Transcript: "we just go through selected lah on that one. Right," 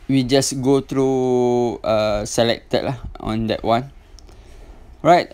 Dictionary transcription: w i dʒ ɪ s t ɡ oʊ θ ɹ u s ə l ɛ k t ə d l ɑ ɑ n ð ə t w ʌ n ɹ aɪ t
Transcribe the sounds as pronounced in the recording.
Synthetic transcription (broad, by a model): w i dʒ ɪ s ɡ oʊ t ɹ u s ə l ɛ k t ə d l ɑ ɑ n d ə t w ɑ n ɹ aɪ t